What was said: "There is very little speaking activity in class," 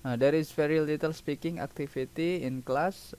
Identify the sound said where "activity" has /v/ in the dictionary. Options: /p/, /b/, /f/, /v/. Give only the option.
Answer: /f/